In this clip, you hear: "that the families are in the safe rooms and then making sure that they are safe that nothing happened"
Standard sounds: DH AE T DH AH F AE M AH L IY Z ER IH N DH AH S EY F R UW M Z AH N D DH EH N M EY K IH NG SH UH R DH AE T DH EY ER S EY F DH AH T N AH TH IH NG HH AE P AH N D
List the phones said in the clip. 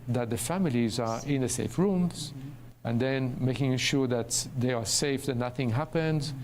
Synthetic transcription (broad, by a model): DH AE T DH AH F AE M AH L IY Z ER IH N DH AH S EY F R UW M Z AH N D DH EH N M EY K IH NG SH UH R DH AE T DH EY ER S EY F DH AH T N AH TH IH NG HH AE P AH N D